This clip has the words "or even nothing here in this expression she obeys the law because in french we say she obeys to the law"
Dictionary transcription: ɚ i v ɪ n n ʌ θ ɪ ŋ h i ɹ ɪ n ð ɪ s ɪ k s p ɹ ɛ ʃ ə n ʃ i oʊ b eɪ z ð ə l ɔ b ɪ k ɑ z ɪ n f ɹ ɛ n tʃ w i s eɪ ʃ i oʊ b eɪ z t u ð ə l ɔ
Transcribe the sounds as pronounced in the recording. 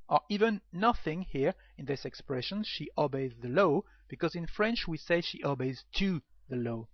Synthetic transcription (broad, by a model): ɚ i v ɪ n n ʌ θ ɪ ŋ h i ɹ ɪ n ð ɪ s ɪ k s p ɹ ɛ ʃ ə n ʃ i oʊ b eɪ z ð ə l ɔ b ɪ k ɑ z ɪ n f ɹ ɛ n tʃ w i s eɪ ʃ i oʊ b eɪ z t u ð ə l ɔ